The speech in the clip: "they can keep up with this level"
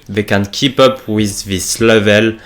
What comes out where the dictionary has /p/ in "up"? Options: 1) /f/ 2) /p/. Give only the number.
2